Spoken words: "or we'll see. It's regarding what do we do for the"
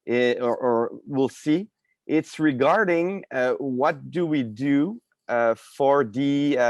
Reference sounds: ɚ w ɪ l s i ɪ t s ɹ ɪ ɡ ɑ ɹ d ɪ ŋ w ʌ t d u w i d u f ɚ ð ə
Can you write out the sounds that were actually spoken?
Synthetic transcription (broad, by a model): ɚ w ɪ l s i ɪ t s ɹ ɪ ɡ ɑ ɹ d ɪ ŋ w ʌ t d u w i d u f ɚ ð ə